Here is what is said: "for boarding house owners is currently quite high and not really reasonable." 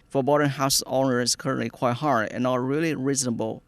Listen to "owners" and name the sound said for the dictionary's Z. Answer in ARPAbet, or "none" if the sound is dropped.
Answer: none